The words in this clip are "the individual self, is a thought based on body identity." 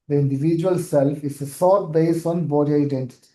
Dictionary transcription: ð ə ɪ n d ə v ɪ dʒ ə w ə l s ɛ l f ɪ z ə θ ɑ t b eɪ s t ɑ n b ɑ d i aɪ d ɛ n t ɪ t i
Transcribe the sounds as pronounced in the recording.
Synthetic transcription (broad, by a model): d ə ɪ n d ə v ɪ dʒ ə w ə l s ɛ l f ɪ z ə s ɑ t b eɪ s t ɑ n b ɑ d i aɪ d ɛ n t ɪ t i